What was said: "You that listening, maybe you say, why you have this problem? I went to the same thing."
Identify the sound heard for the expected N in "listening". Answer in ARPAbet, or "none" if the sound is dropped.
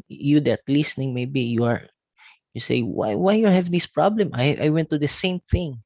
N